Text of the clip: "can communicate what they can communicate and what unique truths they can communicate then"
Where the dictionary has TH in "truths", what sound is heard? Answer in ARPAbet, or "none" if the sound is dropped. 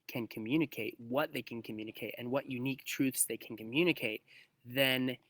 TH